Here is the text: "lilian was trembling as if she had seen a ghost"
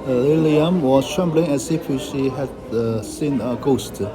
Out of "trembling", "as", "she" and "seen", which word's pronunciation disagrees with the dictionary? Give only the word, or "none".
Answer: as